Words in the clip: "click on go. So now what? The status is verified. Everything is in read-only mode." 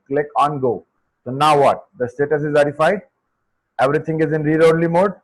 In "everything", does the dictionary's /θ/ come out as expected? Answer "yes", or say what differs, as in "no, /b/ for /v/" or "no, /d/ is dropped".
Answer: no, /t/ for /θ/